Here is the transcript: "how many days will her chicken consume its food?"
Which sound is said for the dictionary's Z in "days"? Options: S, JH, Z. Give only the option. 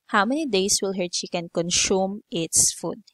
S